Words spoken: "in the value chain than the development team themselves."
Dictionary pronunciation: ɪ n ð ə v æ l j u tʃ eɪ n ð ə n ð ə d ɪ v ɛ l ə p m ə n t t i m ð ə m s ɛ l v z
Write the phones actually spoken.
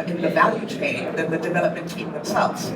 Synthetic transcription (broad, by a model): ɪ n ð ə v æ l j u tʃ eɪ n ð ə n ð ə d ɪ v ɛ l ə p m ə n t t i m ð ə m s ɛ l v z